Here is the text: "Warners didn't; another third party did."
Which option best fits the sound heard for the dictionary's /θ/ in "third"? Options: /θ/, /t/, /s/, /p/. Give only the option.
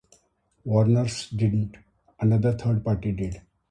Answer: /t/